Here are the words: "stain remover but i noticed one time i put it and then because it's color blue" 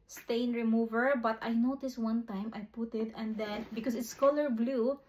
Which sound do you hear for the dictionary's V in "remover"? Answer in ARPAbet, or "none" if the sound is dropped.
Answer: V